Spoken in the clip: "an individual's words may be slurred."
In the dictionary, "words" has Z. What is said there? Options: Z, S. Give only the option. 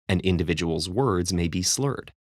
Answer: Z